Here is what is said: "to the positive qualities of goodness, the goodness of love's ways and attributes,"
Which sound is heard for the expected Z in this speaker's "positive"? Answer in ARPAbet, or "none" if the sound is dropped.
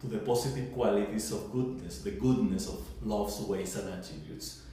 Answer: S